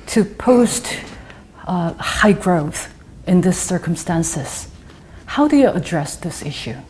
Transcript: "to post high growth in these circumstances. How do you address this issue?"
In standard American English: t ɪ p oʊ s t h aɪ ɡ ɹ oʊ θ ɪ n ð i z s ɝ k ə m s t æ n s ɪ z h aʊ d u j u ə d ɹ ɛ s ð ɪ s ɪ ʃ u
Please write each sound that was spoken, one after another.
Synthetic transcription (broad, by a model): t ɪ p oʊ s t h aɪ ɡ ɹ oʊ θ ɪ n ð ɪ s ɝ k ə m s t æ n s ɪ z h aʊ d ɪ j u ə d ɹ ɛ s ð ɪ s ɪ ʃ u